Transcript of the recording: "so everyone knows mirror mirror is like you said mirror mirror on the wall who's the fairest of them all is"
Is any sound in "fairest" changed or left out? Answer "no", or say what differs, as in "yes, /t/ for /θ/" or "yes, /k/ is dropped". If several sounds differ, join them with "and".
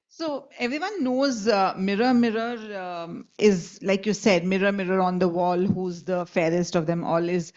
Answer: no